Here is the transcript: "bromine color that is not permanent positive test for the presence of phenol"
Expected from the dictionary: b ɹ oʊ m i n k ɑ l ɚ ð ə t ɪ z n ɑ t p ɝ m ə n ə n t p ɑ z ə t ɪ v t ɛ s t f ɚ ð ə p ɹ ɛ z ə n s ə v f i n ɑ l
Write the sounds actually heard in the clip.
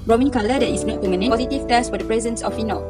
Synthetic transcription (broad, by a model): ɹ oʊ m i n k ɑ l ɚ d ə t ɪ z n ɑ t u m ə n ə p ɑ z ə t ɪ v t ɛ s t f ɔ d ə p ɹ ɛ z ə n s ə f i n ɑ